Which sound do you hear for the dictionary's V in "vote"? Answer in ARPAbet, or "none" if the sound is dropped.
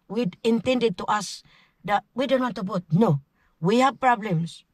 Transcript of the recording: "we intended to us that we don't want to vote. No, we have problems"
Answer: B